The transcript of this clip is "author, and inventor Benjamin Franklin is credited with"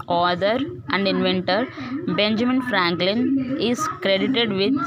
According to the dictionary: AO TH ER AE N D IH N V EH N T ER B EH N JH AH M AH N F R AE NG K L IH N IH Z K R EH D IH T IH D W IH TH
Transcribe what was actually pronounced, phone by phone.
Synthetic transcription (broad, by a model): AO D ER AE N D IH N V EH N T ER B EH N JH AH M AH N F R AE NG K L IH N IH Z K R EH D IH T IH D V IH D